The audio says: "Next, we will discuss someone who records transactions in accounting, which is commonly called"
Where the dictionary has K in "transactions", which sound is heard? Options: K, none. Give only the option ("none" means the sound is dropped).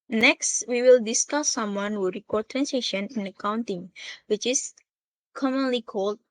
none